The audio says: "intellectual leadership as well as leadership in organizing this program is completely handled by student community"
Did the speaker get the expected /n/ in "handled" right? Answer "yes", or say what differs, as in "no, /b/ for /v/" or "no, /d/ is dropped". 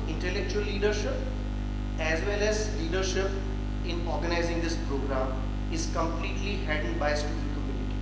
no, /n/ is dropped